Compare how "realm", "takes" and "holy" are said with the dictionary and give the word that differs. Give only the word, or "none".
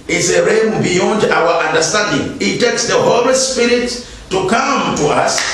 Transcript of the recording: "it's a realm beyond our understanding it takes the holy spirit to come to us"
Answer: realm